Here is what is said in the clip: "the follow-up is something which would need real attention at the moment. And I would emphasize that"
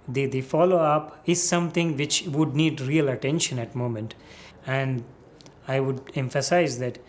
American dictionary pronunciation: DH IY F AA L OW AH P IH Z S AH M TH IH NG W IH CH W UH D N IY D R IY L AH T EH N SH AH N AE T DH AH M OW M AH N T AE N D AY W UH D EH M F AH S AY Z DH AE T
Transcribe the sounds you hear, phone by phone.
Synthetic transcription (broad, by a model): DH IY F AA L OW AH P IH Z S AH M T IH NG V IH CH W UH D N IY D R IY L AH T EH N SH AH N AE T M OW M AH N T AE N D AY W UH D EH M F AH S AY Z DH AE T